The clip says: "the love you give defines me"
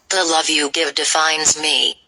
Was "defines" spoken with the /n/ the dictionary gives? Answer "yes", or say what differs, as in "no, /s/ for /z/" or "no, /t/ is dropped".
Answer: yes